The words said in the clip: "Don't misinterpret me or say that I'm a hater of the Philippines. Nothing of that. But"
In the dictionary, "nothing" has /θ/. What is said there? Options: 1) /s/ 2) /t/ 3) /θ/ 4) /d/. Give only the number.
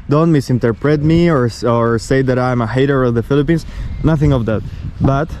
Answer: 3